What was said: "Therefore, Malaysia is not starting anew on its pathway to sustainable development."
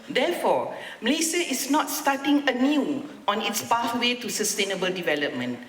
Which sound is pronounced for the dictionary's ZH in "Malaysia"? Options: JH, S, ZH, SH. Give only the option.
S